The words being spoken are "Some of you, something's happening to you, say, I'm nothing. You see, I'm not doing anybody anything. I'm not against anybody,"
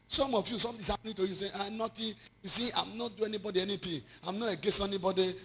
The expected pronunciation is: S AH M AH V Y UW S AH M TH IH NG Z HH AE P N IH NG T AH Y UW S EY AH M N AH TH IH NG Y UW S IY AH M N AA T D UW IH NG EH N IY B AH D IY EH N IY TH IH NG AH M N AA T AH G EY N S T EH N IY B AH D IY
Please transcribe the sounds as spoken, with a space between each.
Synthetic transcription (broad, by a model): S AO M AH F Y UW S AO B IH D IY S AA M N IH T AH Y UW S EY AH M N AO T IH Y UW S IY AH M N AA T D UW EH N IY B AH D IY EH N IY T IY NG AH M N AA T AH G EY S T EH N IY B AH D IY